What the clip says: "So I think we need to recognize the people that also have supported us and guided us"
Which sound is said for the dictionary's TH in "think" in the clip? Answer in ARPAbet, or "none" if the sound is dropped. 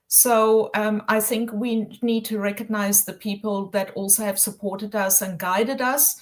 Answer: TH